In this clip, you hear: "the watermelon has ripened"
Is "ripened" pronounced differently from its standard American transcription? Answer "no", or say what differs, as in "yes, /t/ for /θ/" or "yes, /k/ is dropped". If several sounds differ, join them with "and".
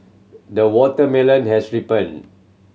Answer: yes, /d/ is dropped